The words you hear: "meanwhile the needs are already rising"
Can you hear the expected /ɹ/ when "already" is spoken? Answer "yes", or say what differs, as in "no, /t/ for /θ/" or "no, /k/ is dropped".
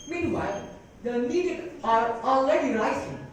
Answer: no, /l/ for /ɹ/